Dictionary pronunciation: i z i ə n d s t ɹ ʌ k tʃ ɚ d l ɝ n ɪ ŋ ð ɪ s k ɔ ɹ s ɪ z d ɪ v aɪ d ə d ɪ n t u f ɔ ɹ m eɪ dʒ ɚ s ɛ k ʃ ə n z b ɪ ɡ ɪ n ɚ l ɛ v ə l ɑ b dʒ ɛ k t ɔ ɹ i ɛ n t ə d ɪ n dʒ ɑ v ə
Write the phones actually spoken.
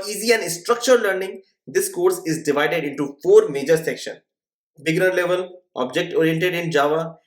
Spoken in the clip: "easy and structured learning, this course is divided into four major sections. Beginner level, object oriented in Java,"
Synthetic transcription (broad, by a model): i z i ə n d s t ɹ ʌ k tʃ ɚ d l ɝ n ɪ ŋ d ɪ s k ɔ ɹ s ɪ z d ɪ v aɪ d ə d ɪ n t u f ɔ ɹ m eɪ dʒ ɚ s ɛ k ʃ ə n b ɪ ɡ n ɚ l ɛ v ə l ɑ b dʒ ɛ k t ɔ ɹ i ɛ n t ə d ɪ n dʒ ɑ v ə